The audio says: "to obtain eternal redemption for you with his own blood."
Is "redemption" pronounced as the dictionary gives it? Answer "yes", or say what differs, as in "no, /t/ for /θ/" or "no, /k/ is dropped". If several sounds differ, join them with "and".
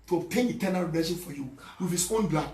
no, /m/ is dropped